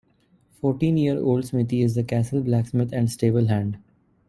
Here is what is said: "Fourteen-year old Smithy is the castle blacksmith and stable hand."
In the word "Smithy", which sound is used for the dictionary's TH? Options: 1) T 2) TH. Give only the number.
1